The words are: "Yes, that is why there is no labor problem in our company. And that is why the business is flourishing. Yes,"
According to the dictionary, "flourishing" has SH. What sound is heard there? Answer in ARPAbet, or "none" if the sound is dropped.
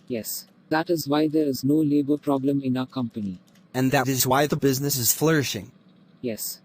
SH